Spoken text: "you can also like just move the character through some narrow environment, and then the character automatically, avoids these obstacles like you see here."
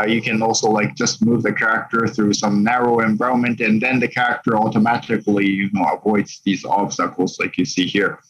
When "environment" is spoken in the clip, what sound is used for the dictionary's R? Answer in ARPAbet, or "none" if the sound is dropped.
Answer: none